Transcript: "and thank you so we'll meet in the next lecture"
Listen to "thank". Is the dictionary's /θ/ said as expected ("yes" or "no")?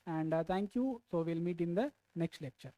no